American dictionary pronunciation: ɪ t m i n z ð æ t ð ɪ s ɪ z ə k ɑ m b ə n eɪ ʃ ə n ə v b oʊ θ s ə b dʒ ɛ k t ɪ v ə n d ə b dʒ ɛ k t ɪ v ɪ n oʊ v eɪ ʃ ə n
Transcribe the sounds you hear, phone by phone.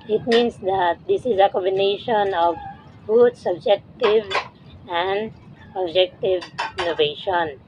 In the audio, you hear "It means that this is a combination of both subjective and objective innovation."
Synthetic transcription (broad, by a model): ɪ t m i n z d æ t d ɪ s ɪ z ə k ɑ m b ə n eɪ ʃ ə n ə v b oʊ t s ə b dʒ ɛ k t ɪ v ə n d ə b dʒ ɛ k t ɪ v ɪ n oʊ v eɪ ʃ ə n